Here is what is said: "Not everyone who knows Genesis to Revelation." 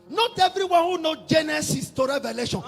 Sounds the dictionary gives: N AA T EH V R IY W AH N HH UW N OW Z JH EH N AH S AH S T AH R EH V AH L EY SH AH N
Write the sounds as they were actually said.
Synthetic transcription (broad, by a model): N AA T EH V R IY W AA N HH UW N OW JH EH N AH S AH S T AH R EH V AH L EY SH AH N